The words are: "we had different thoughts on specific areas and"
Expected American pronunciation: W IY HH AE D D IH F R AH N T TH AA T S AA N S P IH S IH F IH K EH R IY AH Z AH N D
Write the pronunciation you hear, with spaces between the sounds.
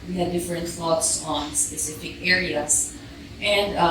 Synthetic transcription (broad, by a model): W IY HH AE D D IH F R AH N T F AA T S AA N S P IH S IH F IH K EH R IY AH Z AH N D